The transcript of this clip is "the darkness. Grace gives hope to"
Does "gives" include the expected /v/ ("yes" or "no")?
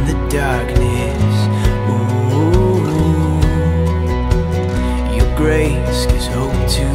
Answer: no